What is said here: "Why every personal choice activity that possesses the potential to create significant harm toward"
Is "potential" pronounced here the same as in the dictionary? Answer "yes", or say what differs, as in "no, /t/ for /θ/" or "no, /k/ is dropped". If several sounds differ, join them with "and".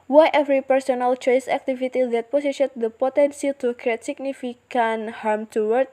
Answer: no, /s/ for /ʃ/